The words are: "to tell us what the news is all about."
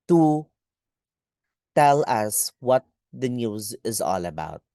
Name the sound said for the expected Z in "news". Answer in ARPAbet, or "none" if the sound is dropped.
Z